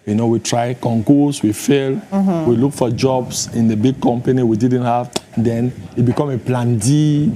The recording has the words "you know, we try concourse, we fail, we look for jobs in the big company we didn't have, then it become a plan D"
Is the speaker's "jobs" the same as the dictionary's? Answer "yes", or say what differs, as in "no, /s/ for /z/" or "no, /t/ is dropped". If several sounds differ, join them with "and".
no, /s/ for /z/